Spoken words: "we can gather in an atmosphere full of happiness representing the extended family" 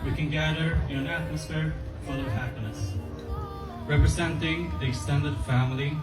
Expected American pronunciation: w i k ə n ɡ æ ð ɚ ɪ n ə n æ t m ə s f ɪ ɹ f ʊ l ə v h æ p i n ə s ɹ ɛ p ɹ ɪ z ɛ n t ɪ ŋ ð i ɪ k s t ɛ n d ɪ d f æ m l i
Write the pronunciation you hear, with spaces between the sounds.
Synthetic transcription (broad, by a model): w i k ə n ɡ æ ð ɚ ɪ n ə n æ t m ə s f ɪ ɹ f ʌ n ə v h æ p i n ə s ɹ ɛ p ɹ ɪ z ɛ n t ɪ ŋ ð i ɪ k s t ɛ n d ɪ d f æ m l i